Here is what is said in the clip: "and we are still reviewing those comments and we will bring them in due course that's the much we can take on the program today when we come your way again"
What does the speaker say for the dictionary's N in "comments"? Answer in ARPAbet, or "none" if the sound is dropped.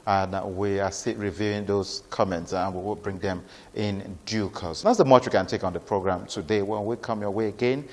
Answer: N